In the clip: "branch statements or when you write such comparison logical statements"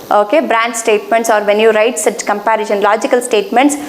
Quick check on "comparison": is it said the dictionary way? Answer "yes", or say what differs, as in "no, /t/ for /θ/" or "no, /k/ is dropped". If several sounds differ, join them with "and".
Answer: no, /ʃ/ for /s/